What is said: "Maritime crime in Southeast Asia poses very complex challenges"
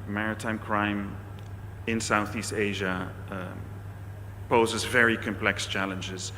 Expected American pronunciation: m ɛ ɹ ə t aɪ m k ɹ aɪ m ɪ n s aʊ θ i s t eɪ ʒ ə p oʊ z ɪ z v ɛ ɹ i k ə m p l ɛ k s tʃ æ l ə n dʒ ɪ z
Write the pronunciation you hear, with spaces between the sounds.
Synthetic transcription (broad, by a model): m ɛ ɹ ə t aɪ m k ɹ aɪ m ɪ n s aʊ θ i s t eɪ ʒ ə p oʊ z ɪ z v ɛ ɹ i k ə m p l ɛ k s tʃ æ l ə n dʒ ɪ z